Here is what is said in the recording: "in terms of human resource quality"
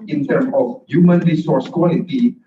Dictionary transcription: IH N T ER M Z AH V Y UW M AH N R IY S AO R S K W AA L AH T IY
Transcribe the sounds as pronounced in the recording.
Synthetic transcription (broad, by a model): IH N T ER M AH F Y UW M AH N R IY S AO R S K W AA L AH T IY